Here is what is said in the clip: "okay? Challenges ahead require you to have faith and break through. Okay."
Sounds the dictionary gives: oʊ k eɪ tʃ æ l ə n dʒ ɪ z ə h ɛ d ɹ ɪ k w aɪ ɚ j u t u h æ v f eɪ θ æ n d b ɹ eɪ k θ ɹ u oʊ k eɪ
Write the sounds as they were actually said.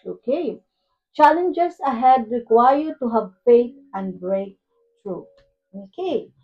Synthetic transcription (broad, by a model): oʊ k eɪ tʃ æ l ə n dʒ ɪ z ə h ɛ d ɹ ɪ k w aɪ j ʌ t u h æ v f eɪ t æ n d b ɹ eɪ k t ɹ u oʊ k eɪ